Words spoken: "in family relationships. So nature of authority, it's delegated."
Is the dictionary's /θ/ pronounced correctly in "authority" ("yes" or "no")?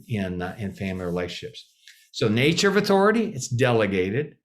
yes